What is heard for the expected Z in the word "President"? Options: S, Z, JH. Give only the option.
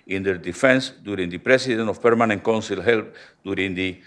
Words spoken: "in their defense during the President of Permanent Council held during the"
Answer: S